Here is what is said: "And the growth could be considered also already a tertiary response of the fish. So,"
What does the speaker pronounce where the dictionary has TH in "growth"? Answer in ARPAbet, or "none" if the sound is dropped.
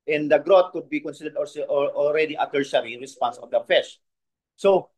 T